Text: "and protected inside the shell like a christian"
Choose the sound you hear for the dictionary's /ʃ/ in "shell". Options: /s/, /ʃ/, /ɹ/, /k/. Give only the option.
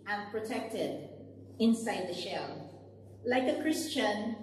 /ʃ/